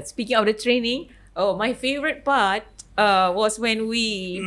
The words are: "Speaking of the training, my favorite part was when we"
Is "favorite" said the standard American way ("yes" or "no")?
yes